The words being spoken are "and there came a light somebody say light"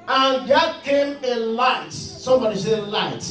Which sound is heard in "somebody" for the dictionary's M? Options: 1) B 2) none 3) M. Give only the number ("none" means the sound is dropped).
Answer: 3